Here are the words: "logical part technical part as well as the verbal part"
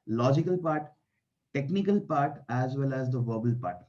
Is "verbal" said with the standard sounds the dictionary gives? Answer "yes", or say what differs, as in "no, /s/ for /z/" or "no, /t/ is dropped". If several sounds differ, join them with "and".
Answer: yes